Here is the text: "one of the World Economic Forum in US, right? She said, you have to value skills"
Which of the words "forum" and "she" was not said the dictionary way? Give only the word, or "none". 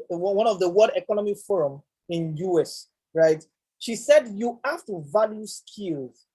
none